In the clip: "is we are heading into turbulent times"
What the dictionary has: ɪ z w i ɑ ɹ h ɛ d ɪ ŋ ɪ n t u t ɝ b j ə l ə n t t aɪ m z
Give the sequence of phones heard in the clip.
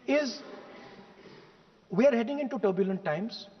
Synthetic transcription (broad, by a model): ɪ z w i ɑ ɹ h ɛ d ɪ ŋ ɪ n t u t ɝ b j ə l ə n t t aɪ m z